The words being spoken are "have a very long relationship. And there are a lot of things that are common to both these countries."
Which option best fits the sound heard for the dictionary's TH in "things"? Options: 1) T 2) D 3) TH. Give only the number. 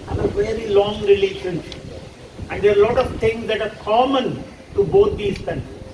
1